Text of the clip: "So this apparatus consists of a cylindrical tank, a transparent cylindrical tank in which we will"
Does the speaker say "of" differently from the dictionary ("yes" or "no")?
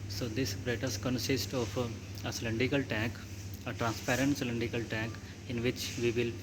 yes